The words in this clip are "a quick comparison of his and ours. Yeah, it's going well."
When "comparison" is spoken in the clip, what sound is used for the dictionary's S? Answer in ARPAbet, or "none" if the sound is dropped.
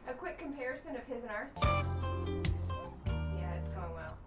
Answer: S